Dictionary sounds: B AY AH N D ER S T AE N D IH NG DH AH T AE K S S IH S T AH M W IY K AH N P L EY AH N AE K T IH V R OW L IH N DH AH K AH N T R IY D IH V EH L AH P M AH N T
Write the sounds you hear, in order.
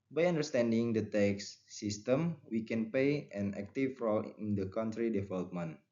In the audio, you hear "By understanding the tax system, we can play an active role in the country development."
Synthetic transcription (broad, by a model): B AY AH N D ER S T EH N D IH NG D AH T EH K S S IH S T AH M W IY K AH N P EY AH N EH K T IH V R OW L IH N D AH K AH N T R IY D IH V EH L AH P M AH N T